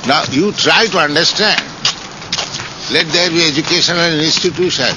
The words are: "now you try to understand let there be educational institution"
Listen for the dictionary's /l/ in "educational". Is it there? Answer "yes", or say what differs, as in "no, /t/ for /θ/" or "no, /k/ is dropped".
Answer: no, /n/ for /l/